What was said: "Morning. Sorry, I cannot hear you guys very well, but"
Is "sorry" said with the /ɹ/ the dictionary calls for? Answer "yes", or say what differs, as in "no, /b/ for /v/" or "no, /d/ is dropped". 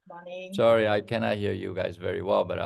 no, /ɹ/ is dropped